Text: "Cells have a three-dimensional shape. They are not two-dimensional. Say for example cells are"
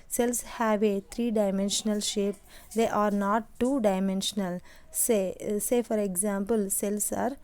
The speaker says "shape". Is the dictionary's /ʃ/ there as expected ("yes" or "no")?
yes